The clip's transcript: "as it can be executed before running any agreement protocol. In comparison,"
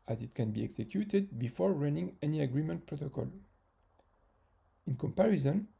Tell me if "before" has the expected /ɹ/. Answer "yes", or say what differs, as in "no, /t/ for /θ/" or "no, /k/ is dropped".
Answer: yes